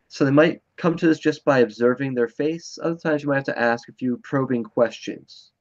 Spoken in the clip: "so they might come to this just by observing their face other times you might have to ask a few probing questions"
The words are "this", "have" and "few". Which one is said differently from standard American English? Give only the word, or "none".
have